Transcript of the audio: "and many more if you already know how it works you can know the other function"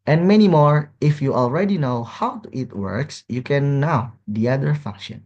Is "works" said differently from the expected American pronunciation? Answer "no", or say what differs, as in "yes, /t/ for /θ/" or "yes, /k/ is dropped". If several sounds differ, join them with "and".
no